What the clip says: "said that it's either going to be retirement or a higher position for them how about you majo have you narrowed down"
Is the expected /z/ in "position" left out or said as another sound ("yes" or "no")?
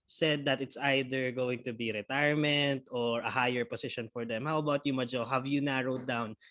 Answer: yes